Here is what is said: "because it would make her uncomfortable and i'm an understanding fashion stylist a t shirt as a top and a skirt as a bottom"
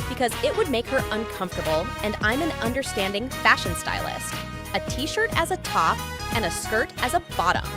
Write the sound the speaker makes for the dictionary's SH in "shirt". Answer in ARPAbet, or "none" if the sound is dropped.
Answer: SH